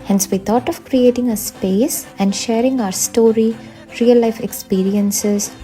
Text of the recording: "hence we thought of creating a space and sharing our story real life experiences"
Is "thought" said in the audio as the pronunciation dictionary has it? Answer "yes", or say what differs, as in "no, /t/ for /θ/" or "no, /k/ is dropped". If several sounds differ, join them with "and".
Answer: no, /t/ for /θ/